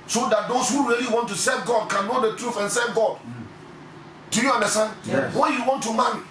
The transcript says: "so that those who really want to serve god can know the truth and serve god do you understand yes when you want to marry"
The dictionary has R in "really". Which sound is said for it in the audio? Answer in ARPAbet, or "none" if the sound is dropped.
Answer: R